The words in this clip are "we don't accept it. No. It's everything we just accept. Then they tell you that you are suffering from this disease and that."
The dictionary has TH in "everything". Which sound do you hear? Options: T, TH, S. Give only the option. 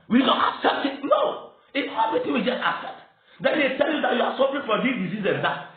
T